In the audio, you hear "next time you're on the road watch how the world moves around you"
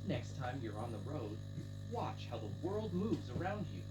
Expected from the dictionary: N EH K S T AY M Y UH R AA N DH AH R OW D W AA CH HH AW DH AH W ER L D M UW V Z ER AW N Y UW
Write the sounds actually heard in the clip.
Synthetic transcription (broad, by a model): N EH K S T AY M Y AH R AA N DH AH R OW D W AA CH HH AW DH AH W ER L D M UW V Z ER AW N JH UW